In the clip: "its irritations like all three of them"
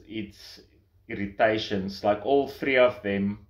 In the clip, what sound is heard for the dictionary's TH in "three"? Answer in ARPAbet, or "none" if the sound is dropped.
TH